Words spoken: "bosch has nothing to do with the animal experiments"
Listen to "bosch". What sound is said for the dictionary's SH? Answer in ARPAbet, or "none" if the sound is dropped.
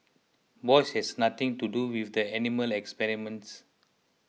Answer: S